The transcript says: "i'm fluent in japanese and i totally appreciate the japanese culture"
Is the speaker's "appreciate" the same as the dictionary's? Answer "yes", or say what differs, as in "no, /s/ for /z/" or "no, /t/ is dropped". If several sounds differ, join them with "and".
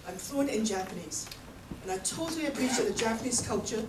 no, /b/ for /p/